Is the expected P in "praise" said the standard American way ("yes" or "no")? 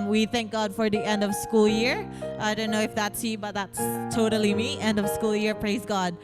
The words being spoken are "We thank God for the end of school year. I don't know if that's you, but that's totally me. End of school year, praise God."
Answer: yes